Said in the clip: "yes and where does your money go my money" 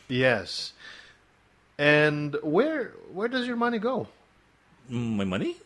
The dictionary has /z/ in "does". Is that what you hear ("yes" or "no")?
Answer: yes